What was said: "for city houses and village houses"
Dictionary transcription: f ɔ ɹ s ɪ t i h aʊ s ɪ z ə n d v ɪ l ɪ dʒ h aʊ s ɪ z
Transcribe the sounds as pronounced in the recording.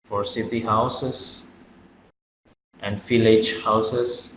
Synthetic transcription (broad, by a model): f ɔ ɹ s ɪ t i h aʊ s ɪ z ə n d f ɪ l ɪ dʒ h aʊ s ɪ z